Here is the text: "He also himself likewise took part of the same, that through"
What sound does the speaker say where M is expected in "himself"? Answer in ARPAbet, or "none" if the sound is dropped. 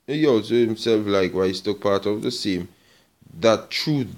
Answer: M